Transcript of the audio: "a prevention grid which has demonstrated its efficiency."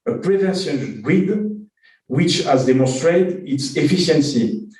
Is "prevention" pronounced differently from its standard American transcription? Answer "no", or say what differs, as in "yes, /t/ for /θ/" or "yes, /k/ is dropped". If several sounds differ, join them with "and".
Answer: yes, /s/ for /ʃ/